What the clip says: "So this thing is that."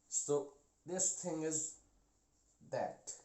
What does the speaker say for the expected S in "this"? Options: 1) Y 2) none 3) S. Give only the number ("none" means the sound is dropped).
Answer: 3